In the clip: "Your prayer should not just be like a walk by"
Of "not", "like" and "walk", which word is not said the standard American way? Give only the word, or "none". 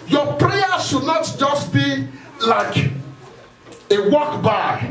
none